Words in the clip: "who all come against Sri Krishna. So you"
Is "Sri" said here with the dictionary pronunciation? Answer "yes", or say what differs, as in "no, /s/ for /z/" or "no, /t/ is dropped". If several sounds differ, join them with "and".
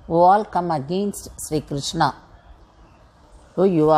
yes